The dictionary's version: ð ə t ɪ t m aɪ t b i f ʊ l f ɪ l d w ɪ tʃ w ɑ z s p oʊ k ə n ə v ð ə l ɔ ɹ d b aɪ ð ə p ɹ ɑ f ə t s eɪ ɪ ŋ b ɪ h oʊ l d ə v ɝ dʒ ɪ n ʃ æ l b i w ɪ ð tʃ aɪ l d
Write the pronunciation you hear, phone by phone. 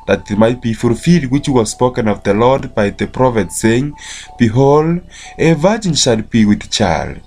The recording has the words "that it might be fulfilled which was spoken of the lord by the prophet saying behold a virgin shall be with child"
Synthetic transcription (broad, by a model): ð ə t ɪ t m aɪ t b i f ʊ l f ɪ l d w ɪ tʃ w ɑ z s p oʊ k ə n ə v ð ə l ɔ ɹ d b aɪ ð ə p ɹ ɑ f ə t s eɪ ɪ ŋ b ɪ h oʊ l d ə v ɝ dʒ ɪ n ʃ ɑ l b i w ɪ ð tʃ aɪ l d